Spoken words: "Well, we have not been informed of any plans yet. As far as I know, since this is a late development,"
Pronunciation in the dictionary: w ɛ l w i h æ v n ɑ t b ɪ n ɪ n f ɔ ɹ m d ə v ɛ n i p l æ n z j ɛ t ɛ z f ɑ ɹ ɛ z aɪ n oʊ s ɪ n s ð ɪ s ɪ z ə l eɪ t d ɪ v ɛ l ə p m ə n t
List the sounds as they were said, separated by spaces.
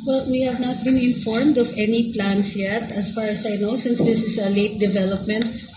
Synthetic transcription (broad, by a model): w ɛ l w i h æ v n ɑ t b ɪ n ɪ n f ɔ ɹ m d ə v ɛ n i p l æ n s j ɛ t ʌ s f ɑ ɹ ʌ s aɪ n oʊ s ɪ n s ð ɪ s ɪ s ə l eɪ t d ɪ v ɛ l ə p m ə n t